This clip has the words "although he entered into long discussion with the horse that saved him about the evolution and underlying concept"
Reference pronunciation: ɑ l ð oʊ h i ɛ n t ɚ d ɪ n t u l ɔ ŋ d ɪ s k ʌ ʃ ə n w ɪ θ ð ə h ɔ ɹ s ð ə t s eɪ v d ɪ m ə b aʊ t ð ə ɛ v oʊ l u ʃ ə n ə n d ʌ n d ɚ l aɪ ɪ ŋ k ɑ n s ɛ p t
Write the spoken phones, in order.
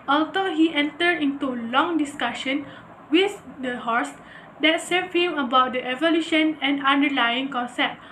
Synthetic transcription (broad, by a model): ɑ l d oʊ h i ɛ n t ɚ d ɪ n t u l ɔ ŋ d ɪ s k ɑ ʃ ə n w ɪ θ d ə h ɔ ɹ s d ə t s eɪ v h ɪ m ə b aʊ t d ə ɛ v oʊ l u ʃ ə n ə n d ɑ n d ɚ l aɪ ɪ ŋ k ɑ n s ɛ p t